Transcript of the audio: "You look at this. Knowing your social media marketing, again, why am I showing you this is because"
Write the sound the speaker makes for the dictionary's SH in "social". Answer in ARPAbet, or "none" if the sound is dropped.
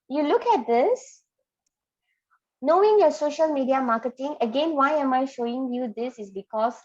SH